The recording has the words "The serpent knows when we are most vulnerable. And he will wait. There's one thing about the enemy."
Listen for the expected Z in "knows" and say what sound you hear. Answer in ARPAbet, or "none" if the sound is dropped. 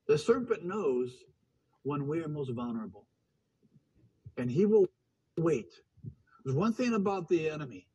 Z